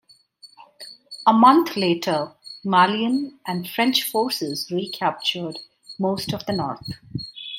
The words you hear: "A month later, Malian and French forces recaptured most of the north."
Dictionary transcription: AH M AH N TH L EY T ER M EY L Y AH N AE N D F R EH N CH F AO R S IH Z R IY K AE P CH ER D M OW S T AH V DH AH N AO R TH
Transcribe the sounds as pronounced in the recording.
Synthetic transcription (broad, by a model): AH M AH N T L EY T ER M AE L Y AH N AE N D F R EH N CH F AO R S IH Z R IY K AE P CH ER D M OW S T AH V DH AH N AO R T